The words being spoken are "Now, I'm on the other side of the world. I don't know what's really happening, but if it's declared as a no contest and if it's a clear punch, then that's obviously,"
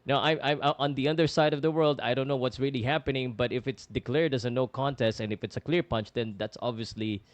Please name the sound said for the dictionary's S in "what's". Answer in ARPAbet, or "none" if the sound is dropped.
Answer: S